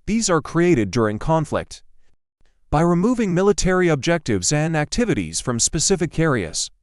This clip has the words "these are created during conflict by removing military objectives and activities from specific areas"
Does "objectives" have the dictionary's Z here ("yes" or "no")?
yes